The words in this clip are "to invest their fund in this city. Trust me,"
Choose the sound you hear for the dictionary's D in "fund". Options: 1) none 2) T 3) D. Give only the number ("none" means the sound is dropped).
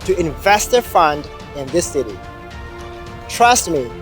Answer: 3